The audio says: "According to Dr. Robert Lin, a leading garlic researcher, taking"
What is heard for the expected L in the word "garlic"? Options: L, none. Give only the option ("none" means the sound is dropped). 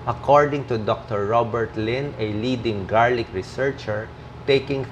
L